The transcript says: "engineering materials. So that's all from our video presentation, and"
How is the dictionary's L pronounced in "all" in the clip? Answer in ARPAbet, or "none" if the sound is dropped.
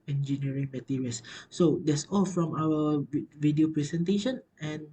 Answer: L